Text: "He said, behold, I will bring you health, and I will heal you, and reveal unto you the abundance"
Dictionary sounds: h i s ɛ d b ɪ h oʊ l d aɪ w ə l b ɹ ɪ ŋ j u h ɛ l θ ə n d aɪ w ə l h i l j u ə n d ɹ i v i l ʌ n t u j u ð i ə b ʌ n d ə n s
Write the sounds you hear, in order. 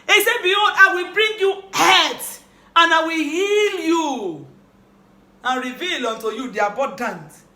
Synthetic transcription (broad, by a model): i s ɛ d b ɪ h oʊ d aɪ w ə l b ɹ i ŋ j u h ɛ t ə n aɪ w ə l h i l j u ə n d ɹ i v i l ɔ n t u j u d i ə b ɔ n d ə n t